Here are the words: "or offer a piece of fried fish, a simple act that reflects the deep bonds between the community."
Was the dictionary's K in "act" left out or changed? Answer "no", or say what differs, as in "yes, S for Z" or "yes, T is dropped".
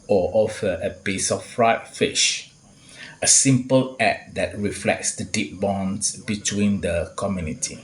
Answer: yes, K is dropped